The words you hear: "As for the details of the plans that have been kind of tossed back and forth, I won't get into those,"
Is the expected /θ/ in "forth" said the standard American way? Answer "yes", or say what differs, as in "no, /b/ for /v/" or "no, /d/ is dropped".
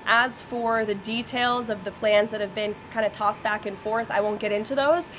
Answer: yes